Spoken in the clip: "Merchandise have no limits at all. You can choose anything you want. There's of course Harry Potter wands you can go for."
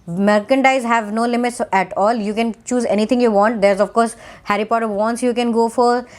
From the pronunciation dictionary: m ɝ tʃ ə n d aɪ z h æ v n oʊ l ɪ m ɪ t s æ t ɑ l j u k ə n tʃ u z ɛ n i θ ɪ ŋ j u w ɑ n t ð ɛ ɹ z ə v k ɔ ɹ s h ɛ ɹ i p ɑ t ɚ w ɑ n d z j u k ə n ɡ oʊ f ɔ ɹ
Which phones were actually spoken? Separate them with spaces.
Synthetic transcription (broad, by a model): m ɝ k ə n d aɪ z h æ v n oʊ l ɪ m ɪ t s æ t ɑ l j u k ə n tʃ u z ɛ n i t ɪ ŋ j u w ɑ n t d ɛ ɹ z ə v k ɔ ɹ s h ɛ ɹ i p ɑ t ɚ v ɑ n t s j u k ə n ɡ oʊ f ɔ ɹ